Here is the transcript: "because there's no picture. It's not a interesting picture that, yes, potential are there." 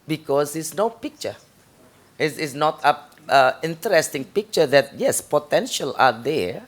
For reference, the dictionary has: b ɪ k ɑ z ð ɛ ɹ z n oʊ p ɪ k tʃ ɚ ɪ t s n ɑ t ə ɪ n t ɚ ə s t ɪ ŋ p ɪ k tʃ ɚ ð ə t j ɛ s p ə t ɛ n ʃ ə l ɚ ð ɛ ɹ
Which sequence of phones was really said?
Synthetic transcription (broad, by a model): b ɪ k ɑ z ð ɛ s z n oʊ p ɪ k tʃ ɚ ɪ s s n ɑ t ə ɪ n t ɚ ə s t ɪ ŋ p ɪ k tʃ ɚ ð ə t j ɛ s p ə t ɛ n ʃ ə l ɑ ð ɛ